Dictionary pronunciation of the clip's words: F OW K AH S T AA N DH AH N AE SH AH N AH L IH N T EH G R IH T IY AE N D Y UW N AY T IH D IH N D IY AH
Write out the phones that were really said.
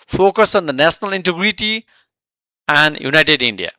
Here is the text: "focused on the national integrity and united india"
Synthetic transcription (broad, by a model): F OW K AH S AA N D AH N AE S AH N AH L IH N T EH G R IH T IY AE N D Y UW N AY T IH D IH N D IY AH